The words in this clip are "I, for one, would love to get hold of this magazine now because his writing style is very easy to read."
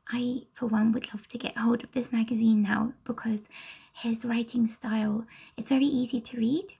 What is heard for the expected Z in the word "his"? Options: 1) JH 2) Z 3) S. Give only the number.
2